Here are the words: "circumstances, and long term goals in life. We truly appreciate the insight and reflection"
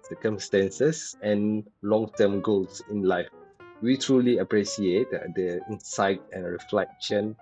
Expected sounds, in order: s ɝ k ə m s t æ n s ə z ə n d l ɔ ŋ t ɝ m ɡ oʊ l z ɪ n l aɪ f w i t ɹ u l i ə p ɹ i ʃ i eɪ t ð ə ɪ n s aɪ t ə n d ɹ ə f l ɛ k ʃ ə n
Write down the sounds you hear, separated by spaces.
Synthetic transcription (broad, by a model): s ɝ k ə m s t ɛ n s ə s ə n l ɔ ŋ t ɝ m ɡ oʊ l s ɪ n l aɪ f w i t ɹ u l i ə p ɹ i s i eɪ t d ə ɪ n s aɪ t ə n ɹ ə f l ɛ k ʃ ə n